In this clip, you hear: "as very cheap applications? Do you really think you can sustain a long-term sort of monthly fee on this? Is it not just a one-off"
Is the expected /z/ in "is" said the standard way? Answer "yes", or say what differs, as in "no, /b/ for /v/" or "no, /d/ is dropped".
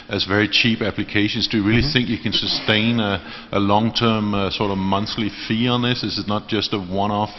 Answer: no, /s/ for /z/